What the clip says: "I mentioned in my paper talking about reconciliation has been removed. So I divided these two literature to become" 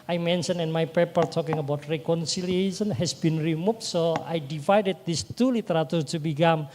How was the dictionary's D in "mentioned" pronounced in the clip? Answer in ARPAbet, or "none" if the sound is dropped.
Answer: none